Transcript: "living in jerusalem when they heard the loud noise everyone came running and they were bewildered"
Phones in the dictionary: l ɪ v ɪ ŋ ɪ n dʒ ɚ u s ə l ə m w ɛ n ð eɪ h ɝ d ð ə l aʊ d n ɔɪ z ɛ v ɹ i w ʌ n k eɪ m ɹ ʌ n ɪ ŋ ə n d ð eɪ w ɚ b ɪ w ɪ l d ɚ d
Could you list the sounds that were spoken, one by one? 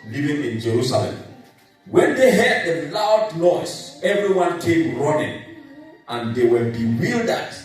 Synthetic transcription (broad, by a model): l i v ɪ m ɪ n dʒ ɚ u s ə l ə m w ɛ n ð eɪ h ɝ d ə l aʊ d n ɔɪ s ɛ v ɹ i w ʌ n k eɪ m ɹ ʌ n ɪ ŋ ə n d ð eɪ w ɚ b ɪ w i l d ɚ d